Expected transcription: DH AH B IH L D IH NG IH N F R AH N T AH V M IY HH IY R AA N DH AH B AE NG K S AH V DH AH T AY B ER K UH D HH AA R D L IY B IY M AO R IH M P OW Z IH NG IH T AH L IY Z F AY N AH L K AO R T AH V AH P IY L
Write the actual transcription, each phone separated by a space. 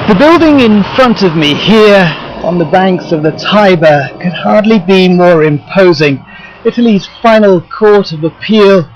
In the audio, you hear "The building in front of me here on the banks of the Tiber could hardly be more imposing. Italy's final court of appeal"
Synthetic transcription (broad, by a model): DH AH B IH L D IH NG IH N F R AH N T AH V M IY HH IY R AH N DH AH B AE NG K S AH V DH AH T AY B ER K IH D HH AA R D L IY B IY M AO R IH M P OW Z IH NG IH T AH L IY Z F AY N L K AO R T AH V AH P IY L